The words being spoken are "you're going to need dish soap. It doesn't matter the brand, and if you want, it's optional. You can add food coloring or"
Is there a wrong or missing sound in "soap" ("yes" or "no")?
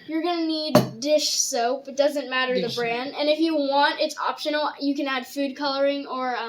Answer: no